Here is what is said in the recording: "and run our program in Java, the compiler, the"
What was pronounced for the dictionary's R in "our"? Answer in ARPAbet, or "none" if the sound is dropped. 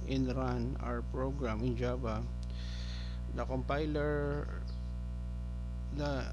R